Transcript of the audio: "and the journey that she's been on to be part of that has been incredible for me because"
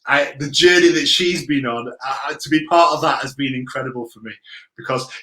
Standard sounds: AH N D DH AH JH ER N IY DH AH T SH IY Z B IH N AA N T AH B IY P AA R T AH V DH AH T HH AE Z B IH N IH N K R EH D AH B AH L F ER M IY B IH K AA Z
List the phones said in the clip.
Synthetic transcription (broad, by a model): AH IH DH AH JH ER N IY DH AH T SH IY Z B IH N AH N T AH B IY P AA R T AH V DH AH T HH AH Z B IH N IH N K R EH D AH B AH L F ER M IY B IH K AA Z